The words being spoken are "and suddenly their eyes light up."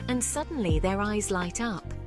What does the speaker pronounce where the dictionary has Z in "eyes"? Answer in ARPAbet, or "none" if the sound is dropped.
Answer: Z